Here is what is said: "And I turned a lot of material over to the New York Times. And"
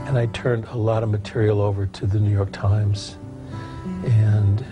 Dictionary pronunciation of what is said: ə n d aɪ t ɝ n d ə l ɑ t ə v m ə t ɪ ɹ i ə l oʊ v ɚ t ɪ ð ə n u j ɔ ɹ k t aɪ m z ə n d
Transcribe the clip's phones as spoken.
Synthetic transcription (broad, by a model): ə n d aɪ t ɝ n d ə l ɑ t ə v m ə t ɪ ɹ i l oʊ v ɚ t ɪ ð ə n u j ɔ ɹ k t aɪ m z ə n